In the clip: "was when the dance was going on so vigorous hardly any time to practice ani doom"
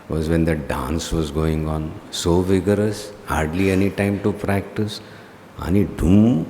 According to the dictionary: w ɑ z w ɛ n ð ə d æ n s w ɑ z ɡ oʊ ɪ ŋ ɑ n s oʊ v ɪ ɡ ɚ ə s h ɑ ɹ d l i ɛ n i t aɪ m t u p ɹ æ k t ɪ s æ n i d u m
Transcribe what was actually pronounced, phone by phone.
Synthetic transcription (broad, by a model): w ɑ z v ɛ n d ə d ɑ n s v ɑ z ɡ oʊ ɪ ŋ ɑ n s oʊ v ɪ ɡ ɚ ə s h ɑ ɹ d l i ɛ n i t aɪ m t u p ɹ æ k t ɪ s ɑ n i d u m